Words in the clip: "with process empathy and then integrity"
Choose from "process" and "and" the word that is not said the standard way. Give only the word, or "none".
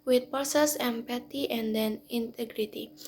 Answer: process